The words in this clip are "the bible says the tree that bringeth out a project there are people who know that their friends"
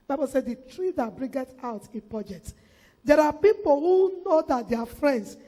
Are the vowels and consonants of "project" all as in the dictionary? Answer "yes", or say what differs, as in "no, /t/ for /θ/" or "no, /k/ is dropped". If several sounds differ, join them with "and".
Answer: yes